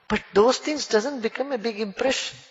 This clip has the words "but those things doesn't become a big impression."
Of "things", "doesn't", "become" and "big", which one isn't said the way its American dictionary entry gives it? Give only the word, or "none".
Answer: things